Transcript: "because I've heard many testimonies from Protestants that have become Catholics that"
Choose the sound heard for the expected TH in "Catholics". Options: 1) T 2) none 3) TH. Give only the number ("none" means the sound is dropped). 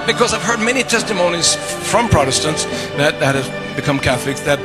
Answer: 3